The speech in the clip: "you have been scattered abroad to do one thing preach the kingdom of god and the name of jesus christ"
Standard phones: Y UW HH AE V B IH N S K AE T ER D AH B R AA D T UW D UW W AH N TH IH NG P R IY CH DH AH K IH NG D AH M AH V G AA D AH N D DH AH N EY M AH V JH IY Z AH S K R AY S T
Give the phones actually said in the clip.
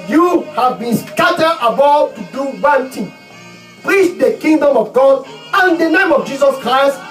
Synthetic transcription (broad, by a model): Y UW HH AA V B IH N S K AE T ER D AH B AA T UW D UW W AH N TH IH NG P R IY CH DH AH K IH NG D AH M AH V G AA D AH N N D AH N EY M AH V JH IY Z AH S K R AY S T